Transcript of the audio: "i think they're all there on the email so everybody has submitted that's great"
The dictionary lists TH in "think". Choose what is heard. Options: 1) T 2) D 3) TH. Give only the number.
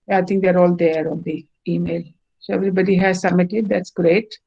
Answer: 1